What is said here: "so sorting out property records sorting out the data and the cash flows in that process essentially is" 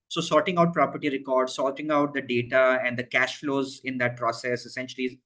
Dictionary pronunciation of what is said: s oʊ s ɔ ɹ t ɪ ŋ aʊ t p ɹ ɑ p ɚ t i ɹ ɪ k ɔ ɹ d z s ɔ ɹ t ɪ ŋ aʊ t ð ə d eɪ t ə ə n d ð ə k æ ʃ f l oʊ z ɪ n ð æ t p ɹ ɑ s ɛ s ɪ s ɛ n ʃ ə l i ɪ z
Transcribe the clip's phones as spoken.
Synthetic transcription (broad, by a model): s oʊ s ɔ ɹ t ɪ ŋ aʊ t p ɹ ɑ p ɚ t i ɹ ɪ k ɔ ɹ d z s ɔ l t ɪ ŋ aʊ t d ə d eɪ t ə ə n d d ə k æ ʃ f l oʊ z ɪ n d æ t p ɹ ɑ s ɛ s ɪ s ɛ n ʃ ə l i